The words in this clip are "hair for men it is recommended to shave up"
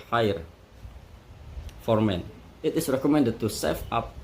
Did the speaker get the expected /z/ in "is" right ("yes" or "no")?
no